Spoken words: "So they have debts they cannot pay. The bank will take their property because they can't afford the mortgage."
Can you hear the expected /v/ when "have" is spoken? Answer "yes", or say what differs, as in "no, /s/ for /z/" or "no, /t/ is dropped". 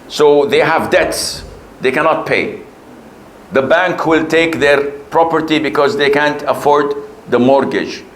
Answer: yes